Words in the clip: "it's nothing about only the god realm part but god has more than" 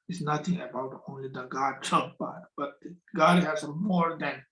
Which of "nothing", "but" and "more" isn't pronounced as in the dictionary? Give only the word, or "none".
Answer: nothing